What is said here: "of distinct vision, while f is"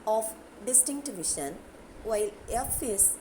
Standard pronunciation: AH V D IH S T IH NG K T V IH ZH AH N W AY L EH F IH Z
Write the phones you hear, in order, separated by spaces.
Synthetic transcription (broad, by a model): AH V D IH S T IH NG K T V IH SH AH N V AY L EH F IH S